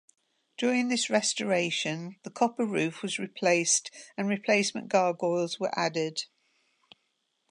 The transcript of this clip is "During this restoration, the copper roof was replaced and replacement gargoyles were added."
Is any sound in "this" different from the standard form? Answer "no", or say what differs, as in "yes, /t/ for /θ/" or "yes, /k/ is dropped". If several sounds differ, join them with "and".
no